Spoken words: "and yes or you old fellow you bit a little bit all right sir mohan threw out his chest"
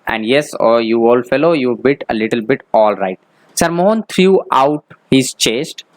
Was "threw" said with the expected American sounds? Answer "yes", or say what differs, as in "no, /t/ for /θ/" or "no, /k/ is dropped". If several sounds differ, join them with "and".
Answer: no, /t/ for /θ/